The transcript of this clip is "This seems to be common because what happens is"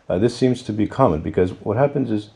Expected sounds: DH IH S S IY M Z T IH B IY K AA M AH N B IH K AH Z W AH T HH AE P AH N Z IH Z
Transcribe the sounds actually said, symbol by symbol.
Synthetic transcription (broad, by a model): DH IH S S IY M Z T IH B IY K AA M AH N B IH K AH Z W AH T HH AE P AH N Z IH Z